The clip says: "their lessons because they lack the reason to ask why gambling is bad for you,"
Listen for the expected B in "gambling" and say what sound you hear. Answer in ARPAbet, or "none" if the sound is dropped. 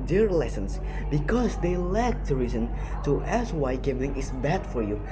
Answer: none